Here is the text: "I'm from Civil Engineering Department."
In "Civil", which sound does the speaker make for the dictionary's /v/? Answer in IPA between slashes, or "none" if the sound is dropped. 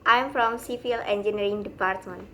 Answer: /f/